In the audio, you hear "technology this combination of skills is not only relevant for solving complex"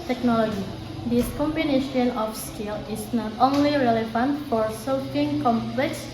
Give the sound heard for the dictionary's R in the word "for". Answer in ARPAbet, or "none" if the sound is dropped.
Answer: R